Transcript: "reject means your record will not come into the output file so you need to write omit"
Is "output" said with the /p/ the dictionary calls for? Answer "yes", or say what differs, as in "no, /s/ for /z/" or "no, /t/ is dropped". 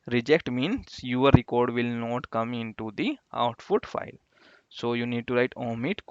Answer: no, /f/ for /p/